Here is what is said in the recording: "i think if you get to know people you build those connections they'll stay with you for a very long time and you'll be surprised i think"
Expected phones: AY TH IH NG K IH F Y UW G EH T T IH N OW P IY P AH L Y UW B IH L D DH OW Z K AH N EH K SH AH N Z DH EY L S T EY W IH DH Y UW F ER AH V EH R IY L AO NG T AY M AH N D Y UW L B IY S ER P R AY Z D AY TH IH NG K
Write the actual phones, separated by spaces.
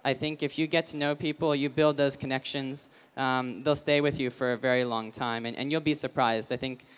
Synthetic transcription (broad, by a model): AY TH IH NG K IH F Y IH G EH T T IH N OW P IY P L Y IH B IH L D DH OW Z K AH N EH K SH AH N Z DH EY L S T EY W IH DH Y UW F ER AH V EH R IY L AO NG T AY M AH N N Y UW L B IY S ER P R AY Z D AY TH IH NG K